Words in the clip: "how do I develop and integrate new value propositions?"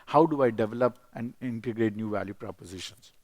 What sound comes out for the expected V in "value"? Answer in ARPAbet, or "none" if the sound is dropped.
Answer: V